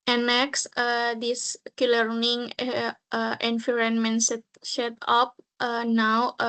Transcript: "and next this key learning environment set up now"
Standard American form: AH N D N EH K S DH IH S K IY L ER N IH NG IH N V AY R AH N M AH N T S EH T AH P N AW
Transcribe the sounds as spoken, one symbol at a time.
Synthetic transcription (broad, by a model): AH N N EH K S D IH S K IY L ER N IH NG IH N F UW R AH N M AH N T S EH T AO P N AW